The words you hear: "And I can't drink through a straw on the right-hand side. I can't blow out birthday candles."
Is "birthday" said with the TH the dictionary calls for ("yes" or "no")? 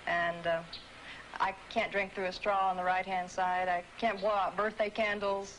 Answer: yes